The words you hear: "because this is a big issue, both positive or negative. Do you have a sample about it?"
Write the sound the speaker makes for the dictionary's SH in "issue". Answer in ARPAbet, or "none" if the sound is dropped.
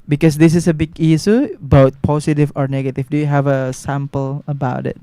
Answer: S